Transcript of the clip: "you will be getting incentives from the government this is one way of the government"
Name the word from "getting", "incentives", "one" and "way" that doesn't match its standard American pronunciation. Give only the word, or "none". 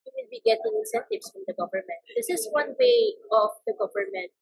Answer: incentives